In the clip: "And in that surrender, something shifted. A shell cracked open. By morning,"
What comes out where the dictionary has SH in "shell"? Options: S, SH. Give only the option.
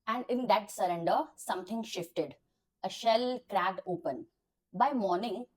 SH